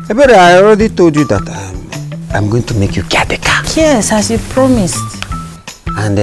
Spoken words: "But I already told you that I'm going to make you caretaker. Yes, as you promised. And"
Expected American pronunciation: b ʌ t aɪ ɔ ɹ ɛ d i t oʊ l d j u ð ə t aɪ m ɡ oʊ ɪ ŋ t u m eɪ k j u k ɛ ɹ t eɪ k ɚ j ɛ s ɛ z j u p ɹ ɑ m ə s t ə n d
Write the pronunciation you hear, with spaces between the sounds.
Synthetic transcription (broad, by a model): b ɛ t aɪ ɔ ɹ ɛ d i t oʊ l d j u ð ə t aɪ m ɡ oʊ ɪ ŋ t u m eɪ k j u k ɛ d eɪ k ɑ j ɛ s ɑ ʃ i p ɹ ɑ m ə s t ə n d